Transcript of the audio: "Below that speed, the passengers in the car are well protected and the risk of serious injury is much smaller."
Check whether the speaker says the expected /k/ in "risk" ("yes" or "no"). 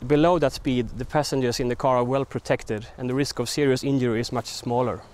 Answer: yes